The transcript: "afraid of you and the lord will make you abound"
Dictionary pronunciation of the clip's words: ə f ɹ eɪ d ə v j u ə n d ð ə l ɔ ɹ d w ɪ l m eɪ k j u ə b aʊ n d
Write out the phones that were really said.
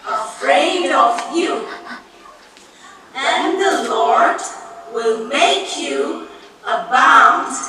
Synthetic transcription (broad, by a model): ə f ɹ eɪ d ə v j u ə n ð ə l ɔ ɹ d w ɪ l m eɪ k j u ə b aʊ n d